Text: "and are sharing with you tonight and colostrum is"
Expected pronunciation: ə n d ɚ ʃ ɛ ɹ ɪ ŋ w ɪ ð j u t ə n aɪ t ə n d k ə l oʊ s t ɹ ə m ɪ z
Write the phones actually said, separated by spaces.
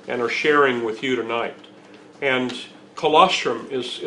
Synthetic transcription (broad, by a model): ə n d ɚ ʃ ɛ ɹ ɪ ŋ w ɪ ð j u t ə n aɪ t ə n k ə l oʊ s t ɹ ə m ɪ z